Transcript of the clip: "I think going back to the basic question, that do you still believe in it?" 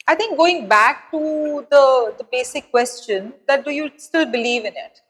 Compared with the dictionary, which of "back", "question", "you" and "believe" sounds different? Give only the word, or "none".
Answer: none